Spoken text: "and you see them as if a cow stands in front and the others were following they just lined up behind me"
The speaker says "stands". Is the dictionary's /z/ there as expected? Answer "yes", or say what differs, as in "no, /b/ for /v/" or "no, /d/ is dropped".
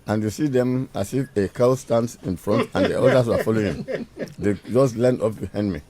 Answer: no, /z/ is dropped